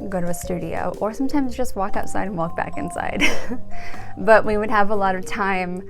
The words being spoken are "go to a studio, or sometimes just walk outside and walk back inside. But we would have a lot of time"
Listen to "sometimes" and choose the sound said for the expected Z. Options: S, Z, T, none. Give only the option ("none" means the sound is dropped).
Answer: Z